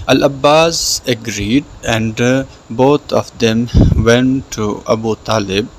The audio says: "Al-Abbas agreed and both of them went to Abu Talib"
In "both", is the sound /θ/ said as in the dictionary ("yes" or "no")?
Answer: no